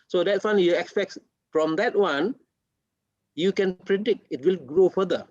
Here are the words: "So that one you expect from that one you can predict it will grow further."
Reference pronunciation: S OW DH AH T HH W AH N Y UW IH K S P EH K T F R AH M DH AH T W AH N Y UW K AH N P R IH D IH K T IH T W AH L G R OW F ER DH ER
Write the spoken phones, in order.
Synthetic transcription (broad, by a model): S OW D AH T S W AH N Y UW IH K S P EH K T F R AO M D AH T W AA N Y UW K AH N P R IH D IH K T IH T W AH L G R OW F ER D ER